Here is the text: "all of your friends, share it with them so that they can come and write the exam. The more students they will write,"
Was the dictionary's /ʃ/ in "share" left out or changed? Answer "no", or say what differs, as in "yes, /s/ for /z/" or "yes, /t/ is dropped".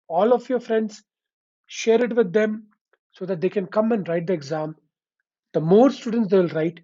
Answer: no